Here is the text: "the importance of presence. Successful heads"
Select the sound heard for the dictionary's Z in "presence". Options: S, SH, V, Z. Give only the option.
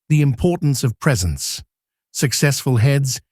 Z